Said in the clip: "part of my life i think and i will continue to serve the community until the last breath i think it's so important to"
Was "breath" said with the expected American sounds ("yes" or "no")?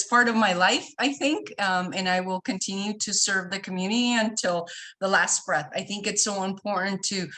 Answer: yes